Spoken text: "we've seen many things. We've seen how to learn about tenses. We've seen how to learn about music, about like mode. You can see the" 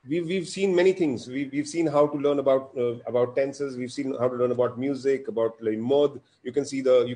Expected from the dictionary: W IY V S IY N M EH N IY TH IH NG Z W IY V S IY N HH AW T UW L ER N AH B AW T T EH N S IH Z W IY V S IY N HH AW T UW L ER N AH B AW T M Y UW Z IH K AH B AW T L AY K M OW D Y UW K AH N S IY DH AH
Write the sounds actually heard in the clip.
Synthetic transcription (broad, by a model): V IY V S IY N M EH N IY T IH NG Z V IY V S IY N HH AW T UW L ER N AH B AW T T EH N S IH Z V IY V S IY N HH AW T UW L ER N AH B AW T M Y UW Z IH K AH B AW T L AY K M OW D Y UW K AH N S IY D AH